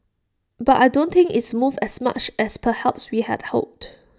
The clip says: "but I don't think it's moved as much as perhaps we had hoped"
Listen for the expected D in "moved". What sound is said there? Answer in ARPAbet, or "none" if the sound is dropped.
none